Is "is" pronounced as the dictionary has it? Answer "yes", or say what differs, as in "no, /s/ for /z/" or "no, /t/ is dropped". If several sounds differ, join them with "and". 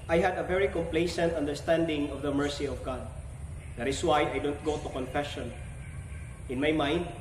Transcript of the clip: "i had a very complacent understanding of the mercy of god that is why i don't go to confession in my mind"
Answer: no, /s/ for /z/